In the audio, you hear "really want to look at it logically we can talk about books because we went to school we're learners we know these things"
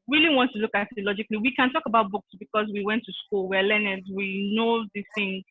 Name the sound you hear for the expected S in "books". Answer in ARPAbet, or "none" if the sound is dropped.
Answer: S